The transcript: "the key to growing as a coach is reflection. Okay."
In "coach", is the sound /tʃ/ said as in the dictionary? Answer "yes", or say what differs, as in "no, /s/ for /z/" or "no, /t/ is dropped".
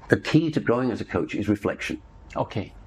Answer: yes